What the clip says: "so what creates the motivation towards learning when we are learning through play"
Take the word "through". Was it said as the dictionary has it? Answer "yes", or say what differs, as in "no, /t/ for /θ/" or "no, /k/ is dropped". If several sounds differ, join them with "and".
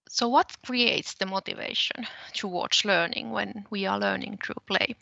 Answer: no, /t/ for /θ/